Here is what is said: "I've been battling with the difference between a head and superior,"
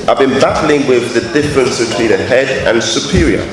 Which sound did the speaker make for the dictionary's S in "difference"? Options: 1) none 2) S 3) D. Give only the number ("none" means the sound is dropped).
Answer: 2